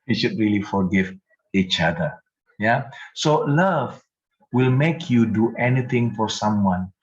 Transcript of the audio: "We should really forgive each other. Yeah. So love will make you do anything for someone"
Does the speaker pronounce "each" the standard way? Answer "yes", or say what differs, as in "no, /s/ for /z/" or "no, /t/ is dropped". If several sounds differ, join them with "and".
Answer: yes